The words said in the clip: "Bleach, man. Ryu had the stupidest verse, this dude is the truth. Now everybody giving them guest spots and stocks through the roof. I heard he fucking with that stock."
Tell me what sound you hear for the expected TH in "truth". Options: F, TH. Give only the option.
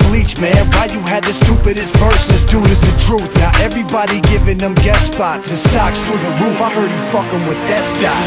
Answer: TH